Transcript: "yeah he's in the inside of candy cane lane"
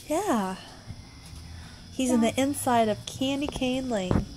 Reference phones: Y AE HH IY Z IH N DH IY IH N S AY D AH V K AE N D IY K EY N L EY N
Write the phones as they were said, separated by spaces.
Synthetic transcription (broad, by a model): Y AE HH IY Z IH N DH IY IH N S AY D AH V K AE N D IY K EY N L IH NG